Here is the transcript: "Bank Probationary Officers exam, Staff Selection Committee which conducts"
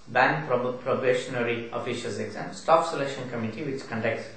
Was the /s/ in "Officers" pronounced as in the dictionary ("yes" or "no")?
no